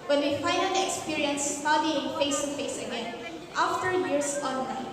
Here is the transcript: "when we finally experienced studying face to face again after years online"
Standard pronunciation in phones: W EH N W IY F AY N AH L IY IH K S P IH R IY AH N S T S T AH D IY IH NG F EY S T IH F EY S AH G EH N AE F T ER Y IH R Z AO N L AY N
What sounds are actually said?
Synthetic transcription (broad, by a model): W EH N W IY F AY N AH N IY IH K S P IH R IY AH N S S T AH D IY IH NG F EY S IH F EY S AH G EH N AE F T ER Y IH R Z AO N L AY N